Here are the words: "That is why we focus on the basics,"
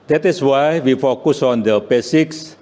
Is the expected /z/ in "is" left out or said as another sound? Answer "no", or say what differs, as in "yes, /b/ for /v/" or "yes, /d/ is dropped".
yes, /s/ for /z/